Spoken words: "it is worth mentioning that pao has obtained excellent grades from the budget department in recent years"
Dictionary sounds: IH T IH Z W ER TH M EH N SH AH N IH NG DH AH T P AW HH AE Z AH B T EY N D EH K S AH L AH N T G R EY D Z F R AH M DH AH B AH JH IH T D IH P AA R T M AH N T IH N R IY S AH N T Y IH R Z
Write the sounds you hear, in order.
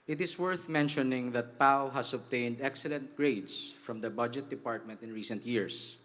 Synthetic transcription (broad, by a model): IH T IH S W ER TH M EH N SH AH N IH NG DH AH T P AW HH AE S AH B T EY N D EH K S AH L AH N T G R EY D S F R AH M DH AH B AH JH IH T D IH P AA R T M AH N T IH N R IY S AH N T Y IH R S